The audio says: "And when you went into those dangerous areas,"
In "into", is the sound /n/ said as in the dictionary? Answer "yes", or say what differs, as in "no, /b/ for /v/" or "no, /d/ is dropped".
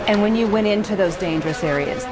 yes